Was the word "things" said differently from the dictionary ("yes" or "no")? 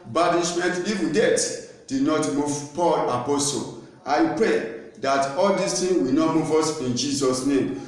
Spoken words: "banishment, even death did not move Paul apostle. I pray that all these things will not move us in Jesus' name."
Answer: yes